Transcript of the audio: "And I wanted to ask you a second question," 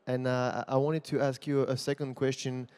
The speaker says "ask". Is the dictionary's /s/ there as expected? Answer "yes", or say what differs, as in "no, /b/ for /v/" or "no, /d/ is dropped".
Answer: yes